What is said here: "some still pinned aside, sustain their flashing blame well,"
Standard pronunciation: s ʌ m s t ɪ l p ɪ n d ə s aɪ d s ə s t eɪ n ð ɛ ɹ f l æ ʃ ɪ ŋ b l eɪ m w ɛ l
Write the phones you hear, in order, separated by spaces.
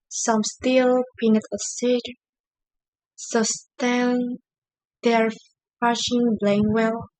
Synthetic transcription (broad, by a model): s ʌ m s t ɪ l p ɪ n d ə s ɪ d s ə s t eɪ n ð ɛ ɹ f æ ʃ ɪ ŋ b l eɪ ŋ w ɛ l